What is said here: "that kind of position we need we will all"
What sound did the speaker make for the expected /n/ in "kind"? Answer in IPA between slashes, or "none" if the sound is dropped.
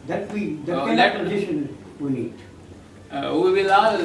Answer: none